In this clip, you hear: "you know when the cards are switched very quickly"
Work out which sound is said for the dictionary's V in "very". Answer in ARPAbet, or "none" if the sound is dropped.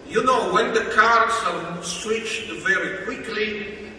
V